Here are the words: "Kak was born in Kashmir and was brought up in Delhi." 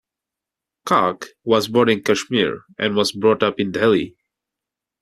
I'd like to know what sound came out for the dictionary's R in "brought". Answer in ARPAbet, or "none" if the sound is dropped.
R